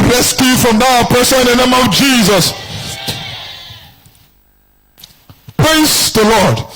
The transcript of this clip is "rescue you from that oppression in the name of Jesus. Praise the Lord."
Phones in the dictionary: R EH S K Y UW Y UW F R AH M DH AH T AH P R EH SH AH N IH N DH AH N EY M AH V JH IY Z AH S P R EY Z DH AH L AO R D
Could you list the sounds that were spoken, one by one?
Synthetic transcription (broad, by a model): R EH S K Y Y UW F R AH M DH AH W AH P EH S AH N IH N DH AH N EY M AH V JH IY Z AH S P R EY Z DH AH L AO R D